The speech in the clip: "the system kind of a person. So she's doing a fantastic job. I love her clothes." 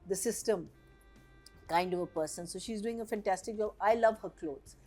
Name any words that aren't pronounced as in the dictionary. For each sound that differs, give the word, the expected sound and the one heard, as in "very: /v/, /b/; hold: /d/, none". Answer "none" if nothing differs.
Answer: none